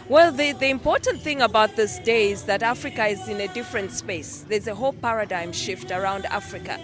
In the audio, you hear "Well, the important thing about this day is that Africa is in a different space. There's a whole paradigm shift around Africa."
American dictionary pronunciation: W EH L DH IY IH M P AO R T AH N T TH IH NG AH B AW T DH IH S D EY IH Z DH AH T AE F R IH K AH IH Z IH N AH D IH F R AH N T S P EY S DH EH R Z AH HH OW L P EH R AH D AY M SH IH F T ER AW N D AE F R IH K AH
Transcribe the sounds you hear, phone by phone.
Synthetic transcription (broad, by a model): W EH L DH IY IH M P AO R T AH N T TH IH NG AH B AW T DH IH S D EY IH Z DH AH T AE F R IH K AH IH Z IH N AH D IH F R AH N T S P EY S DH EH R Z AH HH OW L P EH R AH D AY M SH IH F T ER AW N D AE F R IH K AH